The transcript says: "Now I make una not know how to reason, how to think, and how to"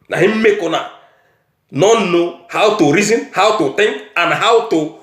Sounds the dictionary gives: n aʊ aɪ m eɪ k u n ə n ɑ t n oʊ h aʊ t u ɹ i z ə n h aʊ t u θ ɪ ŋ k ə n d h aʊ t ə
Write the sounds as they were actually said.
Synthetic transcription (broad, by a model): n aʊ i m eɪ k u n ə n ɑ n n oʊ h aʊ t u ɹ i z ə n h aʊ t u t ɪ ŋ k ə n h aʊ t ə